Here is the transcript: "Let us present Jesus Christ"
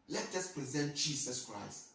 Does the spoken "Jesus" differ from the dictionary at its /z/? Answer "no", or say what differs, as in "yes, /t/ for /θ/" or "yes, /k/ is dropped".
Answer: yes, /s/ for /z/